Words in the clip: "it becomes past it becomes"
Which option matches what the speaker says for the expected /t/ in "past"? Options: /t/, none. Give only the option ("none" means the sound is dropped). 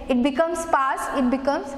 none